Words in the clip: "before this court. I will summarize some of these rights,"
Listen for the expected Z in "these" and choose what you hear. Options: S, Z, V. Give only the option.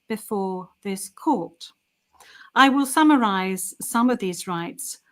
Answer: Z